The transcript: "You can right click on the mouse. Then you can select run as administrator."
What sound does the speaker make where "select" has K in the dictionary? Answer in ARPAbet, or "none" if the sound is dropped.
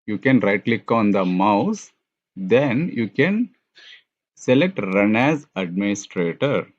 K